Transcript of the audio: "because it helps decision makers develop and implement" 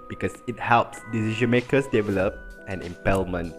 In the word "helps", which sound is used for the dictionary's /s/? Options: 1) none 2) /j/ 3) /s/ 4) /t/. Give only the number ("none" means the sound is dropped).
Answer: 3